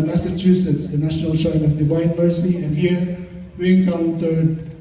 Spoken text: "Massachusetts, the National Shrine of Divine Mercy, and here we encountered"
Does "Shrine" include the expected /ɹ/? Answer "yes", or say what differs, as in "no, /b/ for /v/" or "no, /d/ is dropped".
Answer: no, /ɹ/ is dropped